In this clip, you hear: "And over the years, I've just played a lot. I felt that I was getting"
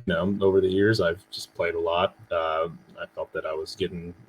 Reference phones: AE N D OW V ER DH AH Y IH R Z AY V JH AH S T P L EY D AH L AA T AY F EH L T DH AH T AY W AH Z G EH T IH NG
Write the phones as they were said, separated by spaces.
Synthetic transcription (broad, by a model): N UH OW V ER DH AH Y IH R Z AY V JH AH S P L EY D AH L AA T AY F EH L T DH AH T AY W AH Z G EH T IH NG